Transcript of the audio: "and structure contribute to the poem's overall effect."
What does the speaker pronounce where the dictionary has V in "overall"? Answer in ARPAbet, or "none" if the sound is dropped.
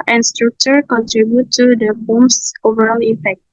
V